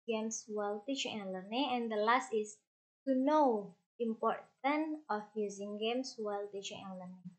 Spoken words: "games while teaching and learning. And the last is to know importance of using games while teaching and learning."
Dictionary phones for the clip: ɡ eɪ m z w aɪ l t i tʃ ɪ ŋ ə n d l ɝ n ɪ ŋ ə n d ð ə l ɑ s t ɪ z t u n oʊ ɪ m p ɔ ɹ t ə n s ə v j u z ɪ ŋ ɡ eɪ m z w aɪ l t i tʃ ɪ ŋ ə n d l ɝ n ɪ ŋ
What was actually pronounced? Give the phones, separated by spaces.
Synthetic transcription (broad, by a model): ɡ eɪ m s w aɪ l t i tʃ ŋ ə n l ɝ n ɪ ŋ ə n d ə l ɑ s t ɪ s t u n oʊ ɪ m p ɔ ɹ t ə n ə f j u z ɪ ŋ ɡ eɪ m s w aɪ l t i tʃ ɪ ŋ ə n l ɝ n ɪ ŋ